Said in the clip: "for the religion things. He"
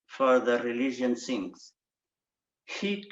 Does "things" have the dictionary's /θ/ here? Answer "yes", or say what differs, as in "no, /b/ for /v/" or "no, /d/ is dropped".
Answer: no, /s/ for /θ/